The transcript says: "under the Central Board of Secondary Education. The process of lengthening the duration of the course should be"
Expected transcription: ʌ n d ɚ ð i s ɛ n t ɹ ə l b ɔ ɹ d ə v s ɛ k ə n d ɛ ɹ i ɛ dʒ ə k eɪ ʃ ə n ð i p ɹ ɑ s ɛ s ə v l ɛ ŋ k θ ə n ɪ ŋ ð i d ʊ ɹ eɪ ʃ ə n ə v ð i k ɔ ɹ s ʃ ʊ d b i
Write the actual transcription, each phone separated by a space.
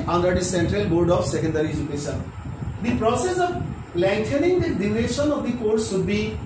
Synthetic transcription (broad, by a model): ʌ n d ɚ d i s ɛ n t ɹ ə l b ɔ ɹ d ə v s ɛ k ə n d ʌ ɹ i ɛ dʒ ə k eɪ ʃ ə n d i p ɹ ɑ s ɛ s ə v l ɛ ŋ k t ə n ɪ ŋ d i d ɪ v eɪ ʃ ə n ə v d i k ɔ ɹ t ʃ ʊ d b i